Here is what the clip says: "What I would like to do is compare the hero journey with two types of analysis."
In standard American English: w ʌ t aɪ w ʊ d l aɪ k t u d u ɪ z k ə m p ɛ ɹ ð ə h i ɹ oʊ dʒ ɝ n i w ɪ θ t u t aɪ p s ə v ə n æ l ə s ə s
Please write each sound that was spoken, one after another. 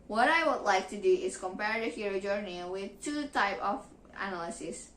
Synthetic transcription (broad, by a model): w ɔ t aɪ w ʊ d l aɪ k t u d u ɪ s k ə m p ɛ ɹ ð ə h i ɹ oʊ dʒ ɝ n i w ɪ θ t u t aɪ p ə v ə n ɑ l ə s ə s